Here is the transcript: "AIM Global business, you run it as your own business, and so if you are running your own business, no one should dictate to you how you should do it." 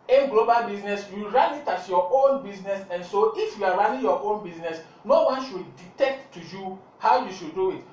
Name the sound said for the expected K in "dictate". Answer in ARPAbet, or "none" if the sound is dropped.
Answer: none